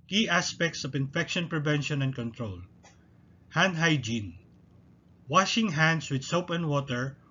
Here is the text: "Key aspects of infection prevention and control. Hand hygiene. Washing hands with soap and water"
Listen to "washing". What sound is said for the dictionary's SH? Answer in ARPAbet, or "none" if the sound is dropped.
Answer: SH